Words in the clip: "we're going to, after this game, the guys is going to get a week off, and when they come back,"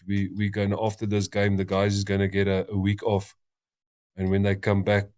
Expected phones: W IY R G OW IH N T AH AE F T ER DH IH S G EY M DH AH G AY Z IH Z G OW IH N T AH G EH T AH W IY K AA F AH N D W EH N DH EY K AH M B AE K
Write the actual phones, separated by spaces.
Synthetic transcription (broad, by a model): W IY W G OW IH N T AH F T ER DH IH S G EY M DH AH G AY Z IH Z G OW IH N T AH G EH T AH W IY K AA F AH N W EH N DH EY K AH M B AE K